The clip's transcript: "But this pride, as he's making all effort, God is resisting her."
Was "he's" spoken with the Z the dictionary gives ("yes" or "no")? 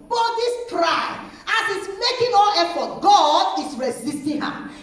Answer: no